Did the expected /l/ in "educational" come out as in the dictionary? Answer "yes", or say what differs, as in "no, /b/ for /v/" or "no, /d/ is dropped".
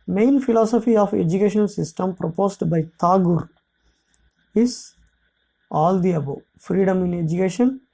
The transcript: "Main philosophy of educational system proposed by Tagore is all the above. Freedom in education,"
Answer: no, /n/ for /l/